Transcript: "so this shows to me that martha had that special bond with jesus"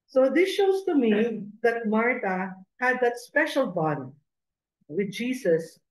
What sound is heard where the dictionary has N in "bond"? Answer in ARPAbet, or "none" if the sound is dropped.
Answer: none